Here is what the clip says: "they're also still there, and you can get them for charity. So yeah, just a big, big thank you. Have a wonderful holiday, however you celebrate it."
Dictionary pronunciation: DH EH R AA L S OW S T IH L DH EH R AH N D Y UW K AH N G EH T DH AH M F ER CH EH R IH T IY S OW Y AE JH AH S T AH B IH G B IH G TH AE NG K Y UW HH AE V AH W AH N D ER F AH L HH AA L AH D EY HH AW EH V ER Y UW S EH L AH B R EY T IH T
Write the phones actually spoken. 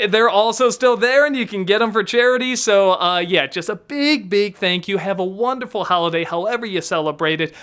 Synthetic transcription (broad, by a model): DH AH R AA L S OW S T IH L DH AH R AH N Y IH K AH N G EH T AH M F ER CH EH R IH T IY S OW Y AE JH AH S T AH B IH G B IH G TH AE NG K Y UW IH V AH W AH N D ER F L HH AA L AH D EY HH AW EH V ER Y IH S EH L AH B R EY T IH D